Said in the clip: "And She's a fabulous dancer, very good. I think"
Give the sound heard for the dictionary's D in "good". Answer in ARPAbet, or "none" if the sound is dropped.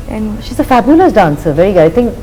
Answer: none